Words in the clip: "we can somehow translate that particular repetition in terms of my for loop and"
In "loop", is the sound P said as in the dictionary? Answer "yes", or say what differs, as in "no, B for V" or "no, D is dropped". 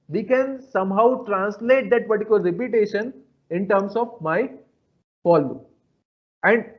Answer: no, P is dropped